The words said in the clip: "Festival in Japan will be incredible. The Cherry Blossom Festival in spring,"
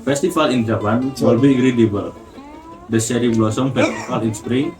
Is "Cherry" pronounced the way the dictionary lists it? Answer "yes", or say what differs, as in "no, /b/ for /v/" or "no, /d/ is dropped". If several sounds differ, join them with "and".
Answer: no, /s/ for /tʃ/